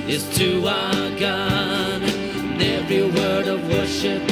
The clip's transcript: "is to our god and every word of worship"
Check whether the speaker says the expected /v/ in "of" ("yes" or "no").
yes